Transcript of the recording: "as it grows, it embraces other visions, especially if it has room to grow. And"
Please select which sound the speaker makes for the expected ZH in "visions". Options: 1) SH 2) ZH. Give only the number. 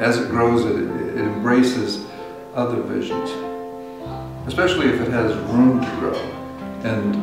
2